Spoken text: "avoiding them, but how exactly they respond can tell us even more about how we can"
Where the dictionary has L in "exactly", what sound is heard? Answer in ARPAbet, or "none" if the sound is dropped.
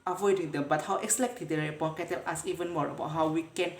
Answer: none